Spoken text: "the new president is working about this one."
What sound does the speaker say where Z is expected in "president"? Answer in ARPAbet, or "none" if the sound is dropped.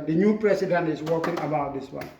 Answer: S